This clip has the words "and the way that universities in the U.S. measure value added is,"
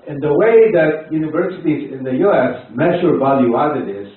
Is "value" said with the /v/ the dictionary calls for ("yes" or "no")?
yes